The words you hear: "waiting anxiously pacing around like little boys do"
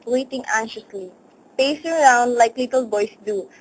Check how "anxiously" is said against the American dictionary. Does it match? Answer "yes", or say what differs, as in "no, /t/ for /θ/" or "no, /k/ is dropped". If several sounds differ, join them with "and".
no, /k/ is dropped